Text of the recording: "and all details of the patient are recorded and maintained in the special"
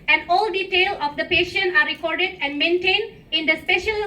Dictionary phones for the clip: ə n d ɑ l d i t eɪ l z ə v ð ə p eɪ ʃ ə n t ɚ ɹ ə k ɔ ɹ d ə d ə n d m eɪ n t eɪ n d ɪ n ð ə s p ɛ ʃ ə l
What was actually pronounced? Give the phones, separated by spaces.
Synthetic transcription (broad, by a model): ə n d ɑ l d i t eɪ l ə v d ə p eɪ ʃ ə n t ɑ ɹ ə k ɔ ɹ d ə d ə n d m eɪ n t eɪ n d ɪ n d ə s p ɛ ʃ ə l